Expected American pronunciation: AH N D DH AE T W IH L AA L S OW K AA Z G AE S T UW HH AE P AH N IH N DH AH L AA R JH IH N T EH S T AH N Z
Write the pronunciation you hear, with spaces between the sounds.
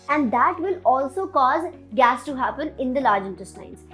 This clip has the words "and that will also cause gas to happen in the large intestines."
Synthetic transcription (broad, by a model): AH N D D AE T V IH L AA L S OW K AA Z G AE S T UW HH AE P AH N IH N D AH L AA R JH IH N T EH S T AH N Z